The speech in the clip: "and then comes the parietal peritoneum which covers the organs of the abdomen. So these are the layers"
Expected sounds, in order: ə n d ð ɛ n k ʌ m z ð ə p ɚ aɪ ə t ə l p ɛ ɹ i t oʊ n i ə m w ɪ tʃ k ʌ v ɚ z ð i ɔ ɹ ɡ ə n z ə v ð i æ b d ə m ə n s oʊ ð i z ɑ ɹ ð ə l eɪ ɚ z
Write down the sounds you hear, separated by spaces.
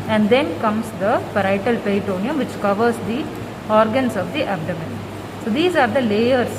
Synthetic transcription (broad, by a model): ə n d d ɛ n k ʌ m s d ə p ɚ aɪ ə t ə l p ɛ ɪ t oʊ n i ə m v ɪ tʃ k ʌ v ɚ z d i ɔ ɹ ɡ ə n s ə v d i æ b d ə m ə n s oʊ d i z ɑ ɹ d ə l eɪ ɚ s